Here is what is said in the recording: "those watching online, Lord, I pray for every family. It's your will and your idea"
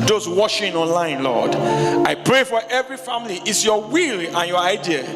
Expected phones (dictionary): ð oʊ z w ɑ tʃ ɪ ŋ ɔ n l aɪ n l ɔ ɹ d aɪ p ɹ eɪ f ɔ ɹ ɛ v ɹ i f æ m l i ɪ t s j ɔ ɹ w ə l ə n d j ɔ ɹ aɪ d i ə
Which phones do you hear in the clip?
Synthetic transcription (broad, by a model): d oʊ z w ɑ ʃ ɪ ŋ ɔ n l aɪ n l ɔ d aɪ p ɹ eɪ f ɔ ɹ ɛ v ɹ i f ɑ m l i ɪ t s j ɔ w ə l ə n j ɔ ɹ aɪ d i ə